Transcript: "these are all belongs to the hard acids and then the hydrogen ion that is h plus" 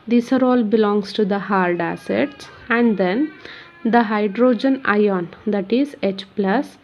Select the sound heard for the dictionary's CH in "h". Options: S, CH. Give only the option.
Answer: CH